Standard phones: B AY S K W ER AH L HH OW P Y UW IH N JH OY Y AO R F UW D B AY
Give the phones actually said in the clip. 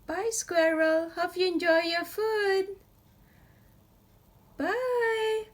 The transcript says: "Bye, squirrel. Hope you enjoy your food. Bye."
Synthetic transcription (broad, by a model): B AY S K W ER AH L HH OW F Y UW IH N JH OY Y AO F UW D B AY